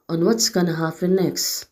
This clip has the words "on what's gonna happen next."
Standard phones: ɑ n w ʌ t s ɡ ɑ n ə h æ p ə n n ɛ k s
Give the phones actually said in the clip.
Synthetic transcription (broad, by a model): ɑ n w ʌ t s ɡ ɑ n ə h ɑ f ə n n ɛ k s